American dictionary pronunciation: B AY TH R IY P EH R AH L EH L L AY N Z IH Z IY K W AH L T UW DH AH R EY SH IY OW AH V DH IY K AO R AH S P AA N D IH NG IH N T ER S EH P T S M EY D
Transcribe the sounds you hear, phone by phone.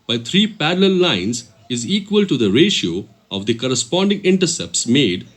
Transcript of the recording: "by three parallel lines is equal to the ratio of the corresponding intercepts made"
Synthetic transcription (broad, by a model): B AY T R IY P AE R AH L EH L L AY N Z IH Z IY K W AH L T UW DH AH R EY SH IY OW AH V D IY K AO R AH S P AA N D IH NG IH N T ER S EH P T S M EY D